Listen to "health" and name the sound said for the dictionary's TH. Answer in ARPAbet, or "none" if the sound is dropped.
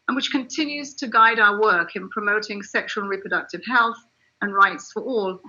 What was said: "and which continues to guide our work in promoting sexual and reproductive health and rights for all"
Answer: TH